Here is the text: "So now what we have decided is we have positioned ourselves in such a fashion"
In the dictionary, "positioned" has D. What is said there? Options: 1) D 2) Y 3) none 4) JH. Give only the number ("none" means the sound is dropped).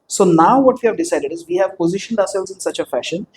1